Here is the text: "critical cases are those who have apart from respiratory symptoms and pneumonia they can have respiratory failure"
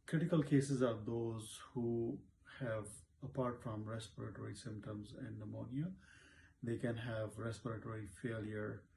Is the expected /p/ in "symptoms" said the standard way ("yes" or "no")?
yes